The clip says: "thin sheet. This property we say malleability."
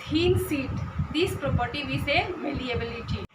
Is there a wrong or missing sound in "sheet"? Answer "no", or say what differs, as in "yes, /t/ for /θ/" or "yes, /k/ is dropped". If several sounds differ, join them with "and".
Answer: yes, /s/ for /ʃ/